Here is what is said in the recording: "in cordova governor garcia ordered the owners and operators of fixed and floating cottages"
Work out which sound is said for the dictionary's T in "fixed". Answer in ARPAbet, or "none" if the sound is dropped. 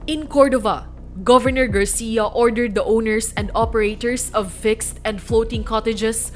T